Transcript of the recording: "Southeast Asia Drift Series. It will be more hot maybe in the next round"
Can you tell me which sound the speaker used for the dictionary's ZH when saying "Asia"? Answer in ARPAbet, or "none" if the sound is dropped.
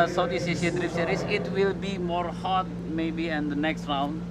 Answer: S